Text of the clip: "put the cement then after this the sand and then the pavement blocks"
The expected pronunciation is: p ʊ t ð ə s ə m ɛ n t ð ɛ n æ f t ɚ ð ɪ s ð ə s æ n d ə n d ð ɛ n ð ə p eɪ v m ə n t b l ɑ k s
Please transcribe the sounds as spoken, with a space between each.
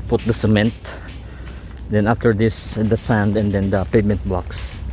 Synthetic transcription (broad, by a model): p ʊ t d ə s ə m ɛ n t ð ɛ n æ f t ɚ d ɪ s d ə s æ n d ə n d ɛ n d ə p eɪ m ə n t b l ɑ k s